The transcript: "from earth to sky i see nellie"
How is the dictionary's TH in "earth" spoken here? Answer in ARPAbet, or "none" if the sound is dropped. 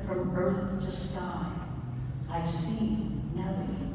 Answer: TH